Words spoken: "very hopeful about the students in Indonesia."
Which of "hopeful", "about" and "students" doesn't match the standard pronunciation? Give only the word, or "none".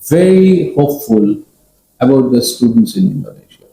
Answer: none